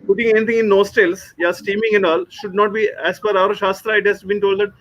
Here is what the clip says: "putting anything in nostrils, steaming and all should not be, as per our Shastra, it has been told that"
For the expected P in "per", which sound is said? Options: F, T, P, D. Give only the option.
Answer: F